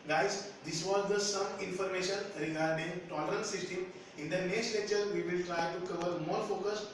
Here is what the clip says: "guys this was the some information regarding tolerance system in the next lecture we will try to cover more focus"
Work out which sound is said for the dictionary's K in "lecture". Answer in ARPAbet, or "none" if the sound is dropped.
none